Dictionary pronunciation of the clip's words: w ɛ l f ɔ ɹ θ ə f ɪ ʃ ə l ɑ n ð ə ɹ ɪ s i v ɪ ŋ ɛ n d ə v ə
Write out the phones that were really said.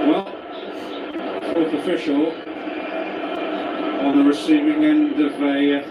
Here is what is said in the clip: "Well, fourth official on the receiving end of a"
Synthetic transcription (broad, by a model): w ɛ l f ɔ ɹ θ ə f ɪ ʃ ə l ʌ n ð ə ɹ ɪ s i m ɪ ŋ ɛ n d ə v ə